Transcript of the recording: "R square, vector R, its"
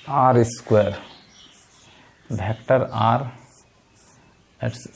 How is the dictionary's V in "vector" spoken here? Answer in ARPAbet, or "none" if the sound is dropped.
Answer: B